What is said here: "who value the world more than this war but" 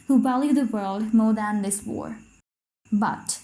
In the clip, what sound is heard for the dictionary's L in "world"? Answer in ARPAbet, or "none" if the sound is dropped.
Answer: L